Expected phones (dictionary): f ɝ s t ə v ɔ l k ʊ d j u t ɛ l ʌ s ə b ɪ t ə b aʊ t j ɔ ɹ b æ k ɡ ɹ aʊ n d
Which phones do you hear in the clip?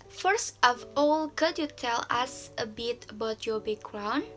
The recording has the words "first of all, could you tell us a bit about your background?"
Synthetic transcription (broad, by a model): f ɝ s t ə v ɔ l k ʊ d j u t ɛ l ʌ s ə b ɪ t ə b aʊ t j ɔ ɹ b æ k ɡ ɹ aʊ n